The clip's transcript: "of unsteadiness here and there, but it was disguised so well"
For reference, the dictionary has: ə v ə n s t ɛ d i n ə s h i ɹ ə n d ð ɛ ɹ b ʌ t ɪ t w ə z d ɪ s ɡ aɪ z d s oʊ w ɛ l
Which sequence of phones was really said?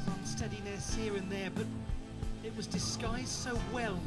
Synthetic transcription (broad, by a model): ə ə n s t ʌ d i n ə s h i ɹ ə n ð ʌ ɹ b ʌ t ɪ t w ə z d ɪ s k aɪ z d s oʊ w ɛ l